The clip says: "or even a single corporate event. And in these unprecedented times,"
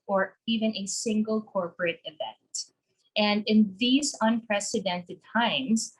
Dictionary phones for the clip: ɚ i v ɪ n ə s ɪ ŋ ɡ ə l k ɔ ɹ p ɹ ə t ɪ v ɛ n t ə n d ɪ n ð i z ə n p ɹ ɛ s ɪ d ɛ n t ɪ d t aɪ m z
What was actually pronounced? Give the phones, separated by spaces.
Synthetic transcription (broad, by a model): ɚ i v ɪ n ə s ɪ ŋ ɡ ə l k ɔ ɹ p ɹ ə t ɪ v ɛ n t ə n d ɪ n ð i z ə n p ɹ ɛ s ɪ d ɛ n t ɪ d t aɪ m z